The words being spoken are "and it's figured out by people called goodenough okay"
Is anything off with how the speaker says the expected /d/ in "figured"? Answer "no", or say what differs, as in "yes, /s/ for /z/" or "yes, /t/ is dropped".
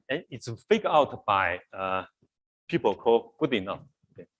yes, /d/ is dropped